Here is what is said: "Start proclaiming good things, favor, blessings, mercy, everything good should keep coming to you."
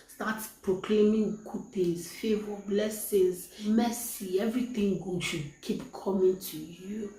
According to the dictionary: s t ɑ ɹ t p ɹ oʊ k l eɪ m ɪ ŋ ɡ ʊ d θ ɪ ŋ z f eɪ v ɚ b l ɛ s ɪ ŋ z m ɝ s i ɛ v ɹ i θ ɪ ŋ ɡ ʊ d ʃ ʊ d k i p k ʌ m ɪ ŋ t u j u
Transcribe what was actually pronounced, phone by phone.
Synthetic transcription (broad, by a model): s t ɑ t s p ɹ oʊ k l eɪ m ɪ ŋ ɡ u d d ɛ z f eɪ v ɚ b l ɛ s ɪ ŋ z m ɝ s i ɛ v ɹ i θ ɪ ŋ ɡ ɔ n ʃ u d k i p k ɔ m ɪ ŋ t u j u